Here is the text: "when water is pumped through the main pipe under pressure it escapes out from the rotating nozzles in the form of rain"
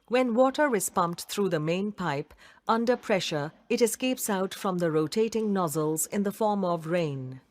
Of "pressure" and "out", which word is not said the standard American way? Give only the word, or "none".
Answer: none